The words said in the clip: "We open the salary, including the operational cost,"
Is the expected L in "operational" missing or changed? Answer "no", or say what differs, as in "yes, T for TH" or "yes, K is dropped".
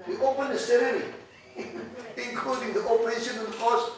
yes, N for L